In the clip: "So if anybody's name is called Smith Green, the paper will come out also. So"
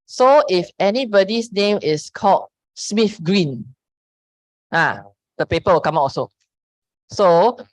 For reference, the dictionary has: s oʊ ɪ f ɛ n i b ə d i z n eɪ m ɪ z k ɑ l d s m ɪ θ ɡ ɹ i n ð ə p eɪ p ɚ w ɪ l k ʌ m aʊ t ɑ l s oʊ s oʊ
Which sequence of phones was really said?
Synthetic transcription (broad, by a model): s oʊ ɪ f ɛ n i b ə d i s n eɪ m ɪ s k ɑ l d s m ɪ f ɡ ɹ i n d ə p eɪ p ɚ w ɪ l k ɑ m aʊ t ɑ s oʊ s oʊ